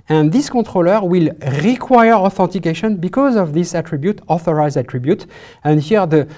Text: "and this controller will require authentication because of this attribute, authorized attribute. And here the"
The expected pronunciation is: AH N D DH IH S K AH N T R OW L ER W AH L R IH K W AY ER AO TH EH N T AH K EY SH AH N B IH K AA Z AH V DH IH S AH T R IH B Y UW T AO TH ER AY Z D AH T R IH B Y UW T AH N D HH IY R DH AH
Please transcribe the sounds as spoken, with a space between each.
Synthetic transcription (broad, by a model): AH N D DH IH S K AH T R OW L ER W AH L R IH K W AY ER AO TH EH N T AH K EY SH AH N B IH K AA Z AH V DH IH S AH T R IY B Y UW T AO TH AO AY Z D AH T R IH B Y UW T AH N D HH IY R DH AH